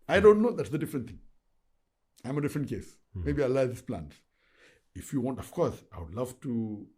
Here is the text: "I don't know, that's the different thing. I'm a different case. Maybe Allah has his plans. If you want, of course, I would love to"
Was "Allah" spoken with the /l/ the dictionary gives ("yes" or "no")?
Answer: no